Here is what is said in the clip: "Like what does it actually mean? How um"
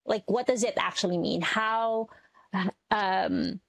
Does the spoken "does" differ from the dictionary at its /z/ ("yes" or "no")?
no